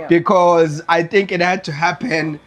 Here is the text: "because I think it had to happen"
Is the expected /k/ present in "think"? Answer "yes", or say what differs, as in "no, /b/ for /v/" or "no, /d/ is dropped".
yes